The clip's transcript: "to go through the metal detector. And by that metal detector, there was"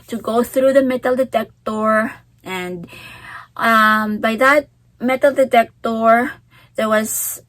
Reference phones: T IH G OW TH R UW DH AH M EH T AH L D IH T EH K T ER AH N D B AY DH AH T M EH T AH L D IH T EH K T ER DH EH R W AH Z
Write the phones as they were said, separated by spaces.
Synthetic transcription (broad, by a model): T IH G OW TH R UW DH AH M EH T L D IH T EH K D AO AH N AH B AY DH AH T M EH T L D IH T EH K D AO DH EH R W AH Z